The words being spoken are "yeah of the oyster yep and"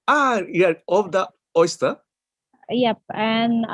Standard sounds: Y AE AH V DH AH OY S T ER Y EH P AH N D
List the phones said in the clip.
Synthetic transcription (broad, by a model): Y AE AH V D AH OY S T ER Y EH P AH N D